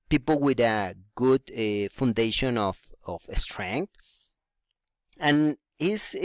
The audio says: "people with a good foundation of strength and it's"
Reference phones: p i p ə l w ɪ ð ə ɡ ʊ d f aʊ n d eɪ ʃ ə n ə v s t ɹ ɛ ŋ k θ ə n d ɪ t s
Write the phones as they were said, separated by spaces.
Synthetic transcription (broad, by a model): p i p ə l w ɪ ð ə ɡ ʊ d f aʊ n d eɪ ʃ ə n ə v s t ɹ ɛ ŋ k t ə n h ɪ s